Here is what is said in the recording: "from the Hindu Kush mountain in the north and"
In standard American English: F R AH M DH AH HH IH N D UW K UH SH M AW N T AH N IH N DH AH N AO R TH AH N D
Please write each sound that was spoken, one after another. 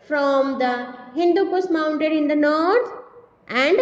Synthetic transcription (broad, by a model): F R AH M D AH HH IH N D UW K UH S M AW N T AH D IH N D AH N AO R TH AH N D